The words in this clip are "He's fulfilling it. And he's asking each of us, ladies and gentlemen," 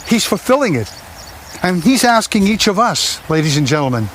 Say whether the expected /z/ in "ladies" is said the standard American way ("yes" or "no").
yes